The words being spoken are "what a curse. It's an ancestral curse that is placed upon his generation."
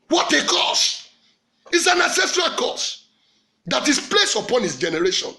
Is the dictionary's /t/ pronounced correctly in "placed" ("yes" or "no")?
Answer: no